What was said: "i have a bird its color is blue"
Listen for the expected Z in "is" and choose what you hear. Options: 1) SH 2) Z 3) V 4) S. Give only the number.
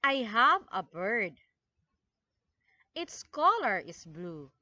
4